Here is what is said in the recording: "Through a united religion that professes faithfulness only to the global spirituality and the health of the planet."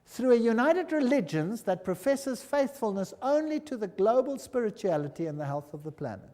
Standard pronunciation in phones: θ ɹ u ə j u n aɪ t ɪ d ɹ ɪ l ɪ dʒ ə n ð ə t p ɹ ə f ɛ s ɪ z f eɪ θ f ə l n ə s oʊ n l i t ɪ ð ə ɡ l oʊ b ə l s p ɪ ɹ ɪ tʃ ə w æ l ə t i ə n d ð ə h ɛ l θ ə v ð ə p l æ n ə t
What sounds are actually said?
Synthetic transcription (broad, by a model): θ ɹ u ə j u n aɪ t ɪ d ɹ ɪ l ɪ dʒ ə n ð ə t p ɹ ə f ɛ s ɪ z f eɪ θ f ə l n ə s oʊ n l i t ɪ ð ə ɡ l oʊ b ə l s p ɪ ɹ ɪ tʃ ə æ l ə t i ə n ð ə h ɛ l θ ə v ð ə p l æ n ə t